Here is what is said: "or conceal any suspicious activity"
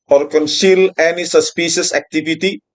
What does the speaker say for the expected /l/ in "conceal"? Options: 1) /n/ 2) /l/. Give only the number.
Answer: 2